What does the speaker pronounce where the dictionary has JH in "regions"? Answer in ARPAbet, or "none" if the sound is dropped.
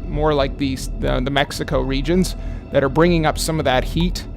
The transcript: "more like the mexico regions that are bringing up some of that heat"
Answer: JH